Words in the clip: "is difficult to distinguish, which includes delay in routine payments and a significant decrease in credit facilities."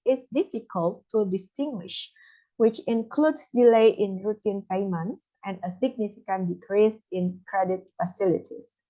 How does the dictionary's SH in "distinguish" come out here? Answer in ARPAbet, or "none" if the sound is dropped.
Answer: SH